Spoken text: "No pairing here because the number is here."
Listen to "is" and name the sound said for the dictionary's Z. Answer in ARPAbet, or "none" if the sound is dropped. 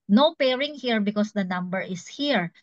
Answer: S